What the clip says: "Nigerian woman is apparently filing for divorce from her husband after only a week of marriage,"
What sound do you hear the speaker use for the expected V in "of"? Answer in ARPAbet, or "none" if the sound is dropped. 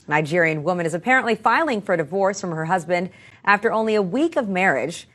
V